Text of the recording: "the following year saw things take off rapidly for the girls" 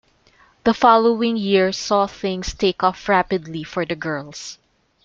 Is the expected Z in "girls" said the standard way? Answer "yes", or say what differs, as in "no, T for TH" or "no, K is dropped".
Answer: no, S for Z